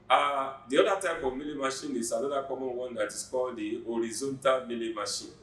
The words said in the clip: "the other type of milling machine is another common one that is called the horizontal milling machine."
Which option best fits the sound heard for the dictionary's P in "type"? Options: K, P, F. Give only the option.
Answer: F